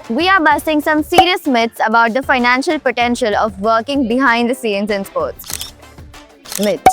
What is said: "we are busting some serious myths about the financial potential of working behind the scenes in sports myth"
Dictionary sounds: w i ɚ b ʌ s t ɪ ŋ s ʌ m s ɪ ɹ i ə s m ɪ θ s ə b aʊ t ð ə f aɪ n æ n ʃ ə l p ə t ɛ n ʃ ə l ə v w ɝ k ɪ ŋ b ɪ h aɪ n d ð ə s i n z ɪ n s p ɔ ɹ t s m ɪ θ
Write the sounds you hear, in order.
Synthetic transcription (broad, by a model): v i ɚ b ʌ s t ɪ ŋ s ʌ m s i ɹ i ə s m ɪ t s ə b aʊ t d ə f aɪ n æ n ʃ ə l p ə t ɛ n ʃ ə l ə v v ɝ k ɪ ŋ b ɪ h aɪ n d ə s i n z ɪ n s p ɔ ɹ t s m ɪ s